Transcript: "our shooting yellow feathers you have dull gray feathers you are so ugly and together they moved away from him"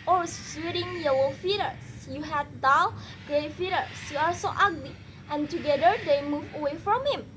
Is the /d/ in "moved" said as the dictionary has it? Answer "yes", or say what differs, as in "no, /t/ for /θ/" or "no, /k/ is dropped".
no, /d/ is dropped